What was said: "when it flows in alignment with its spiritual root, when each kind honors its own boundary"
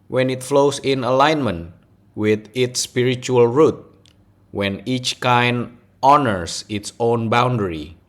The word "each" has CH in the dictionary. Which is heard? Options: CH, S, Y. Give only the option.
CH